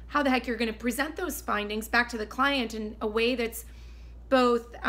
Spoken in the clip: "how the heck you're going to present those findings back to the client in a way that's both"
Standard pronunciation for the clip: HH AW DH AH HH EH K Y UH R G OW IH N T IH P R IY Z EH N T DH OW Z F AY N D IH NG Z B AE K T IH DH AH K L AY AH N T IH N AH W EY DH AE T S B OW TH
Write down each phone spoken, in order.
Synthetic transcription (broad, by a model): HH AW DH AH HH EH K Y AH R G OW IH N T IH P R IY Z EH N DH OW Z F AY N D IH NG Z B AE K T IH DH AH K L AY AH N T IH N AH W EY DH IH T S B OW TH